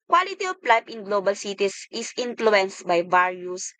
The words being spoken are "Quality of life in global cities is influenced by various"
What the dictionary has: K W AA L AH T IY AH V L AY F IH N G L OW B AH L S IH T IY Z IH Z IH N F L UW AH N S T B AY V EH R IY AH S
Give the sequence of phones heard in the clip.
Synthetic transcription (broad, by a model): K W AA L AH T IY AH P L AY P IH N G L OW B AH L S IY T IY S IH S IH N F L UW AH N S T B AY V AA R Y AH S